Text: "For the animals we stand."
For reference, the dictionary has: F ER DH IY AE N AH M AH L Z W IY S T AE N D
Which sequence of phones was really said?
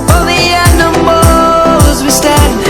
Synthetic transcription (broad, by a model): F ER DH IY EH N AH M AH Z W IY S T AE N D